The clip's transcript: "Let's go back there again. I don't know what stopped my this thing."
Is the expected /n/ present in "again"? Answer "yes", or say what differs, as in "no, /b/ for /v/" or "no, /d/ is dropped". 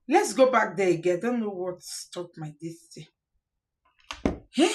no, /n/ is dropped